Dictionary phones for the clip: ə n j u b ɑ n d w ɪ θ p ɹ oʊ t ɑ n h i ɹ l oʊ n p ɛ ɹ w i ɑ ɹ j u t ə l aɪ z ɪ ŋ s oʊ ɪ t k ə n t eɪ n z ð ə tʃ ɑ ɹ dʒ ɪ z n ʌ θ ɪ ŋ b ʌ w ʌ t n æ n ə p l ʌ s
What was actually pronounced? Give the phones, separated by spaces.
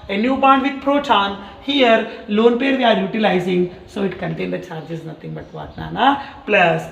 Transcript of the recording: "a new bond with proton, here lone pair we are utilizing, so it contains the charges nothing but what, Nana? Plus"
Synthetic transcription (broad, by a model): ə n j u b ɑ n d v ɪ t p ɹ oʊ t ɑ n h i ɹ l oʊ n p ɛ ɹ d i ɑ ɹ j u t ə l aɪ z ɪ ŋ s oʊ ɪ t k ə n t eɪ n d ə tʃ ɑ ɹ dʒ ɪ z n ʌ t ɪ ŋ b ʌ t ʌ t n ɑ n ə p l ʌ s